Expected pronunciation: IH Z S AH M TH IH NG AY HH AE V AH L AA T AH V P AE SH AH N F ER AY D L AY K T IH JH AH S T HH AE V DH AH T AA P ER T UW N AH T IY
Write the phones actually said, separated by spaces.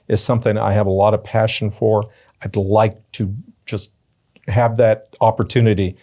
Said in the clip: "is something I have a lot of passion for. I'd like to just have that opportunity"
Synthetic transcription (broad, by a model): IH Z S AH M TH IH NG AY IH V AH L AA T AH V P AE SH N F ER AY D L AY K T IH JH AH S T HH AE V DH AH T AA P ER T UW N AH T IY